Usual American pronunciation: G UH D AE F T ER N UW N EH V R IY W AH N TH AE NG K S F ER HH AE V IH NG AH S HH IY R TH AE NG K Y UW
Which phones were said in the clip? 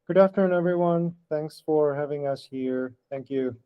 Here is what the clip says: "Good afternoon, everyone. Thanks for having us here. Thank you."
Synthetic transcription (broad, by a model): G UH D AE F T ER IH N EH V R IY W AH N TH AE NG K S F ER HH AE V IH NG AH S HH IY R TH AE NG K Y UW